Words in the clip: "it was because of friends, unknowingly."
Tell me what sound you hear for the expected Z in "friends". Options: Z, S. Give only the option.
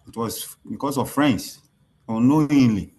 S